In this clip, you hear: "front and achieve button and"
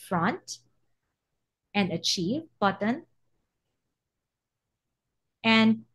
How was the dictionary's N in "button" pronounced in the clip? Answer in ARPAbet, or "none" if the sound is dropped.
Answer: N